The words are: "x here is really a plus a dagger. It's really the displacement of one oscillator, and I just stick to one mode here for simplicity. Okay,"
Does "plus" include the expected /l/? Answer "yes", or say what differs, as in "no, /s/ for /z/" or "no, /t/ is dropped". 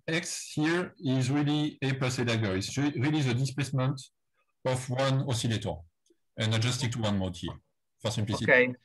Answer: no, /l/ is dropped